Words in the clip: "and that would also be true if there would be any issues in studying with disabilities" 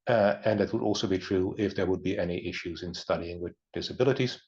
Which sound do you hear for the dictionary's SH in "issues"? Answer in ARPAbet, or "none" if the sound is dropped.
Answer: SH